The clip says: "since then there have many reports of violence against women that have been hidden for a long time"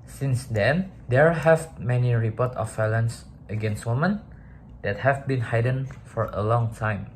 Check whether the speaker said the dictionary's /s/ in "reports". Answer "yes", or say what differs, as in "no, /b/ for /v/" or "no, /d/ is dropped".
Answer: no, /s/ is dropped